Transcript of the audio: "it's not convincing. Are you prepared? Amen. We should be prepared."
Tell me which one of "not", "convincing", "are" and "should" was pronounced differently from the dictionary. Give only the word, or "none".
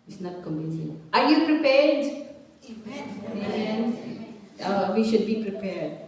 convincing